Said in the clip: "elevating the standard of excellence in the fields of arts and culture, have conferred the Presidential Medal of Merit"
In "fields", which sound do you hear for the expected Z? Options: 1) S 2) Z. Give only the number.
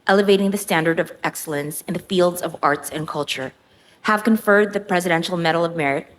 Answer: 2